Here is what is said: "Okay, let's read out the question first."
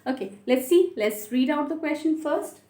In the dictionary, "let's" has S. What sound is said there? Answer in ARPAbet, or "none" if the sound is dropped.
S